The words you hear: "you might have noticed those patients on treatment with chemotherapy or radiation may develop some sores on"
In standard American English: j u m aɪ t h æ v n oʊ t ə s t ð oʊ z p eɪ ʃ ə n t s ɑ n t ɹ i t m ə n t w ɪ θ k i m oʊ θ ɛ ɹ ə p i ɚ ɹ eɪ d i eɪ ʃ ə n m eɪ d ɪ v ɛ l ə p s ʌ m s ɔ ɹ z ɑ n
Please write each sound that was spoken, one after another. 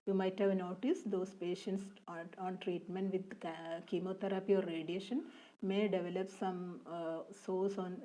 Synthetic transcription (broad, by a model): j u m aɪ t h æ v n oʊ t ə s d oʊ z p eɪ ʃ ə n t s ɑ n t ɹ i t m ə n t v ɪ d k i m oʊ t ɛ ɹ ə p i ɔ ɹ eɪ d i eɪ ʃ ə n m eɪ d ɪ v ɛ l ə p s ʌ m s ɔ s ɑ n